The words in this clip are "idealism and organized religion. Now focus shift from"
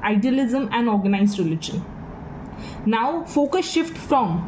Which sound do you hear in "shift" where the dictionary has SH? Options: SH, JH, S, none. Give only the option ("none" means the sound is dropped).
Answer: SH